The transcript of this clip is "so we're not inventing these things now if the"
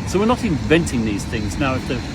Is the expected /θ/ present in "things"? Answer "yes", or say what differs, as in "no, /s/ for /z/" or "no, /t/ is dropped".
yes